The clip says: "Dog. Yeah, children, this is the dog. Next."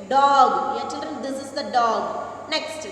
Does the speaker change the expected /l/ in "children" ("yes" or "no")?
no